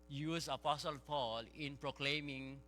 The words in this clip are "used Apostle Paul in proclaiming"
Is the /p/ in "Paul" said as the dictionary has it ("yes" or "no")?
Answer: yes